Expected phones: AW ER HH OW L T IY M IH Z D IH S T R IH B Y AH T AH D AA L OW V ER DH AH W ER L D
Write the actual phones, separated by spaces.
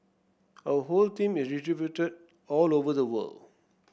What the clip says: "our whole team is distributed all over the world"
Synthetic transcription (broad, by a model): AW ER HH OW L T IY M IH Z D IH T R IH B Y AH T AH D AA L OW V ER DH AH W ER L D